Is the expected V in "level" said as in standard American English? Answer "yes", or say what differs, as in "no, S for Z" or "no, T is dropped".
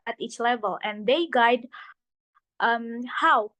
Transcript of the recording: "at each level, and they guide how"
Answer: yes